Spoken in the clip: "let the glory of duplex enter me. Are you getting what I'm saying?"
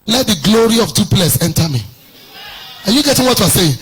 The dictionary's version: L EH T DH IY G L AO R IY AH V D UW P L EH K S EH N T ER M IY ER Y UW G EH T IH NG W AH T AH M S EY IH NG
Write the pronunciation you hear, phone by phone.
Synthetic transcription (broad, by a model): L EH T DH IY G L AO R IY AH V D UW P L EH S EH N T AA M IY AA Y UW G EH T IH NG W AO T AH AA S EY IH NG